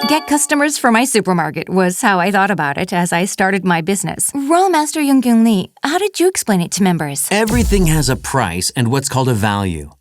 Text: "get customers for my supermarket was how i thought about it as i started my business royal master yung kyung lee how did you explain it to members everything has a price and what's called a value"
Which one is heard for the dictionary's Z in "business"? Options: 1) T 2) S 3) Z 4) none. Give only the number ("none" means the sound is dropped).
3